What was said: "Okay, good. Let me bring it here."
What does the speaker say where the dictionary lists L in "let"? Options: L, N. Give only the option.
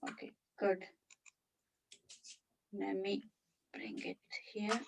N